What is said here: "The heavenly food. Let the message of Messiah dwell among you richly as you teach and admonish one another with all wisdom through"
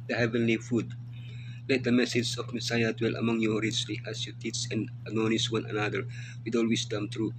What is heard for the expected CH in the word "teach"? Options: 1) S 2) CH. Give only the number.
1